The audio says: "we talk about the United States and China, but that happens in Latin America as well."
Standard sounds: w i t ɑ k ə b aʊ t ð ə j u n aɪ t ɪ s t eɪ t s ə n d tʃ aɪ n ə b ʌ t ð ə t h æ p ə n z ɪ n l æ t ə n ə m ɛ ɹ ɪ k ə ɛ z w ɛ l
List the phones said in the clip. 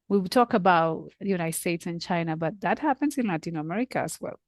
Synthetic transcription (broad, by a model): w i t ɑ k ə b aʊ t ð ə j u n aɪ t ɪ s t eɪ t s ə n tʃ aɪ n ə b ʌ t ð ə t h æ p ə n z ɪ n l æ t ə n ə m ɛ ɹ ɪ k ə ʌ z w ɛ l